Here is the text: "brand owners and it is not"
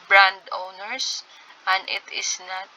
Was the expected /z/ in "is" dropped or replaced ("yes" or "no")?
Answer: yes